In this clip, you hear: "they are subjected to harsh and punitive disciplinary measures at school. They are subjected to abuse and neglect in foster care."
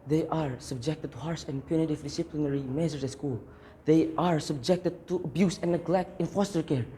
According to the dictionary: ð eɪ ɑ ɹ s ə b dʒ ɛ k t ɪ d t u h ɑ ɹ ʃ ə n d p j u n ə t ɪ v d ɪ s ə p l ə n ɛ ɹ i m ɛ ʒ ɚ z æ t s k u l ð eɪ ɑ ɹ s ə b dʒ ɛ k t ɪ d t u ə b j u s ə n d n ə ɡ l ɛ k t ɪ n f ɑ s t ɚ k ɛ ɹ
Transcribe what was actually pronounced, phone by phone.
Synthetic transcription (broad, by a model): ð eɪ ɑ ɹ s ə b dʒ ɛ k t ɪ d t u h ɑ ɹ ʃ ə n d p j u n ə t ɪ v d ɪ s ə p l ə n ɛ ɹ i m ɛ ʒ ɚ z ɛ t s k u l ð eɪ ɑ ɹ s ə b dʒ ɛ k t ɪ d t u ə b j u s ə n n ə ɡ l ɛ k t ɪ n f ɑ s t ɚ k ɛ ɹ